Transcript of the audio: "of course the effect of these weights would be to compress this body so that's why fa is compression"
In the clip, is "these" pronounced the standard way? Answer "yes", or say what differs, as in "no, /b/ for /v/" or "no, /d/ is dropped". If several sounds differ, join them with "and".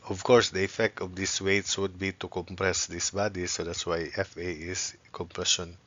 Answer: no, /s/ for /z/